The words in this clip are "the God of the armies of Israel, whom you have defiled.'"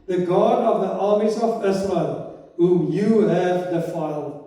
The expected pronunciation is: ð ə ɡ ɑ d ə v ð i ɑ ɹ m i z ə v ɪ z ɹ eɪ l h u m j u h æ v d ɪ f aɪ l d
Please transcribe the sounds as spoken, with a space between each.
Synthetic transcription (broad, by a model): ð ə ɡ ɑ d ə v ð i ɑ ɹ m i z ə v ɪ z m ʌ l h u m j u h æ v d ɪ f aɪ l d